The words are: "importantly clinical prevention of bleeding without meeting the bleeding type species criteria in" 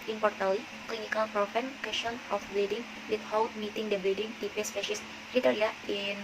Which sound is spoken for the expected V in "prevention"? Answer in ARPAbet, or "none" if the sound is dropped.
F